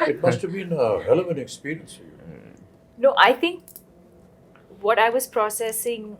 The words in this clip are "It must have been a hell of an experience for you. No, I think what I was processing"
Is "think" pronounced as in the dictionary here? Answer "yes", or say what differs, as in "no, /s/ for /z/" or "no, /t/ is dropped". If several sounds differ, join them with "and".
no, /t/ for /θ/